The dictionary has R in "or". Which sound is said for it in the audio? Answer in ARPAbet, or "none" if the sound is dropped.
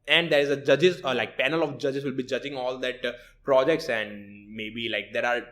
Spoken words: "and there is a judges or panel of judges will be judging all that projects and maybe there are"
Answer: L